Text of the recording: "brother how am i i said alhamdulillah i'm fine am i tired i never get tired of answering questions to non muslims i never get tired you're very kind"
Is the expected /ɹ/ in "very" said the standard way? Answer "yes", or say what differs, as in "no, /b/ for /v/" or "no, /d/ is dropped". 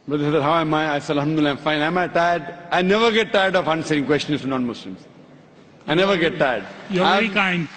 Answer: no, /ɹ/ is dropped